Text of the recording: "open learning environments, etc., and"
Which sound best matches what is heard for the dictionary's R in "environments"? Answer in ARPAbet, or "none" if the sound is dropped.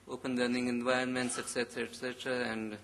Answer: none